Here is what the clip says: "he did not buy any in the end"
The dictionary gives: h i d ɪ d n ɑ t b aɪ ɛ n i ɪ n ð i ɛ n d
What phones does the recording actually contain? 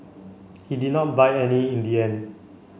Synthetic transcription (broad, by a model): h i d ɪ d n ɑ t b aɪ ɛ n i ɪ n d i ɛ n